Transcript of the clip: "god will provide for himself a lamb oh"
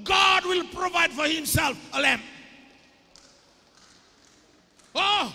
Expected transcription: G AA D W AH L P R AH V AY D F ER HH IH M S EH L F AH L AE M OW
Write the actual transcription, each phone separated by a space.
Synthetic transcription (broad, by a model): G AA D W AH L P R AH V AY D F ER HH IH M S EH L F AH L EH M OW